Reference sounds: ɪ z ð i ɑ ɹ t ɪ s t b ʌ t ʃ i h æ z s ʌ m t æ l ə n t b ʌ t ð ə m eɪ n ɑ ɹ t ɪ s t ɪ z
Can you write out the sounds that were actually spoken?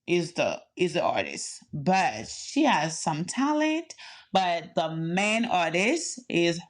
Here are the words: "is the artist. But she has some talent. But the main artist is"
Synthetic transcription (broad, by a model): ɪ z ð i ɑ ɹ t ɪ s t b ʌ t ʃ i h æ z s ʌ m t æ l ə n t b ʌ t ð ə m eɪ n ɑ ɹ t ɪ s t ɪ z